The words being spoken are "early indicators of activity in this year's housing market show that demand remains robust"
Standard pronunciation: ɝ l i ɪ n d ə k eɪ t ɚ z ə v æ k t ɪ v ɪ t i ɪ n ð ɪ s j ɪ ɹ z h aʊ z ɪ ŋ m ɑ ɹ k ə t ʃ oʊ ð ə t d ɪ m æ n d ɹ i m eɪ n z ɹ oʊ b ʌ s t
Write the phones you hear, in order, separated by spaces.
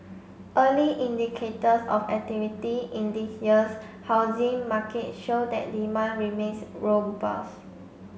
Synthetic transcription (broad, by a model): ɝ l i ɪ n d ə k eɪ t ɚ s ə f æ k t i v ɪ t i ɪ n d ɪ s j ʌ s h aʊ z ɪ ŋ m ɑ k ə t ʃ oʊ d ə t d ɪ m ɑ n ɹ i m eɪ n s ɹ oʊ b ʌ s